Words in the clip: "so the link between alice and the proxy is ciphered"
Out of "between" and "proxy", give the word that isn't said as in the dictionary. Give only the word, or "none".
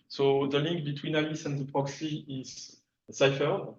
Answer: none